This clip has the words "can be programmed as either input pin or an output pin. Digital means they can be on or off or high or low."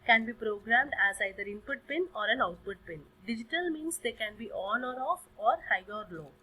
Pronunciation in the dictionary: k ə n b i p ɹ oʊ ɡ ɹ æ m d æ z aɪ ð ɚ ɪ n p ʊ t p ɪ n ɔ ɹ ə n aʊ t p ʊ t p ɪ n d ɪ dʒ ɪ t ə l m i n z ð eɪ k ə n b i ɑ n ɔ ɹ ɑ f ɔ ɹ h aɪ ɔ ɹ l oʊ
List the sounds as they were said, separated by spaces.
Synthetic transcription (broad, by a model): k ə n b i p ɹ oʊ ɡ ɹ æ m d æ z aɪ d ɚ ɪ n p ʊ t p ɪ n ɔ ɹ ə n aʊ t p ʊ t p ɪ n d ɪ dʒ ɪ t ə l m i n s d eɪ k ə n b i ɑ l ɔ ɹ ɑ f ɔ ɹ h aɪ ɔ ɹ l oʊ